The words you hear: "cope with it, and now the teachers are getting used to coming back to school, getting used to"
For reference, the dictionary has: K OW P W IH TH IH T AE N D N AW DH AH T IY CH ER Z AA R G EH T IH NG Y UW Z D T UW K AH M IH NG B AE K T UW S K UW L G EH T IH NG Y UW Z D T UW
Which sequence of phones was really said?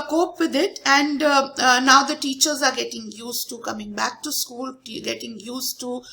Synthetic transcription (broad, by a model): K OW P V IH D IH T AE N D N AW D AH T IY CH ER Z AA R G EH T IH NG Y UW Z T UW K AH M IH NG B AE K T UW S K UW L G EH T IH NG Y UW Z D T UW